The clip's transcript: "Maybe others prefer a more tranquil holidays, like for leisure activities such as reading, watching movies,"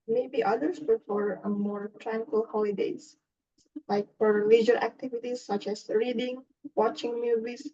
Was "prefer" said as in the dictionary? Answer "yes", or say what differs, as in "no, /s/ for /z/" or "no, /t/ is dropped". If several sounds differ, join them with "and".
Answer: no, /ɹ/ is dropped